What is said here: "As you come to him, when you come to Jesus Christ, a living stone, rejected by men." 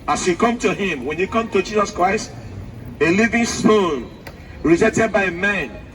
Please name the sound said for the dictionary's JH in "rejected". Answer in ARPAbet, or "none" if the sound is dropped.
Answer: Z